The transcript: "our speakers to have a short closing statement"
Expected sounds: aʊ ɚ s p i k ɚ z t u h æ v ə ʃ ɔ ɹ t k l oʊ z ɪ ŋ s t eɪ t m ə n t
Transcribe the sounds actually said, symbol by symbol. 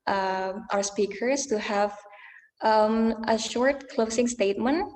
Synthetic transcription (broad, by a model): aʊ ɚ s p i k ɚ s t u h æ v ə ʃ ɔ ɹ t k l oʊ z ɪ ŋ s t eɪ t m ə n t